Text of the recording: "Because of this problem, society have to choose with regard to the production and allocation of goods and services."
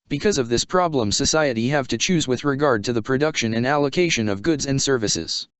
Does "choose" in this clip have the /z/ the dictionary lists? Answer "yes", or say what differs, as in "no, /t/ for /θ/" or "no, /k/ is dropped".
yes